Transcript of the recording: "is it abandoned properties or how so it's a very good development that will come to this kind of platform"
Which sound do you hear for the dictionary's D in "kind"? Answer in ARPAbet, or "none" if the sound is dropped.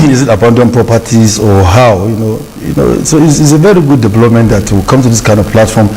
D